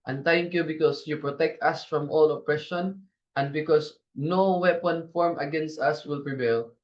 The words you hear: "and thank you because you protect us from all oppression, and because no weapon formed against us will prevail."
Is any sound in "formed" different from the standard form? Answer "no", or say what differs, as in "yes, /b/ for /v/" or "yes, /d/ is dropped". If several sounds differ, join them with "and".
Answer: yes, /d/ is dropped